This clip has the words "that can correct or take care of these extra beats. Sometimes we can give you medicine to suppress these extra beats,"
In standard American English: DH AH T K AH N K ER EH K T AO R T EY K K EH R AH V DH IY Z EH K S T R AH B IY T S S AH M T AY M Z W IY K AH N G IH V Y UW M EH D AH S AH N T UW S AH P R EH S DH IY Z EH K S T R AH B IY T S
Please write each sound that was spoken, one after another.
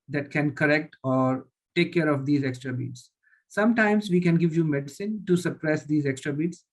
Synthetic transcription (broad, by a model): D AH T K AH N K ER EH K T AO R T EY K K EH R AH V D IY Z EH K S T R AH B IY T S S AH M T AY M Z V IY K AH N G IH V Y UW M EH D AH S AH N T UW S AH P R EH S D IY Z EH K S T R AH B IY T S